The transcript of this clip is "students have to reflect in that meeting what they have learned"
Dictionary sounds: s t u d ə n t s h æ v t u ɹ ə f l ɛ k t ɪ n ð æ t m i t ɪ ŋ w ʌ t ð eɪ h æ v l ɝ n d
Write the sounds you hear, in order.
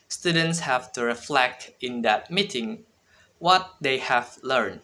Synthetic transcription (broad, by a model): s t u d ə n t s h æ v t u ɹ ə f l ɛ k t ɪ n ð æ t m i t ɪ ŋ w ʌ t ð eɪ h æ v l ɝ n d